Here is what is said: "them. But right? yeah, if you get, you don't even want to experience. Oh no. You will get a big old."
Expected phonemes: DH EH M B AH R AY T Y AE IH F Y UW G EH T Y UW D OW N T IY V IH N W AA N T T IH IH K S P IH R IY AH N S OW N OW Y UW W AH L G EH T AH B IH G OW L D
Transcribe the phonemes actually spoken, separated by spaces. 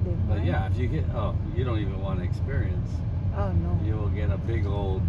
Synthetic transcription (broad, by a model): B AH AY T Y AE IH F Y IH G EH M Y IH D OW N T IY V IH N W AA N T T IH IH K S P IH R IY AH N S OW N OW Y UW W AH L G EH T AH B IH G OW L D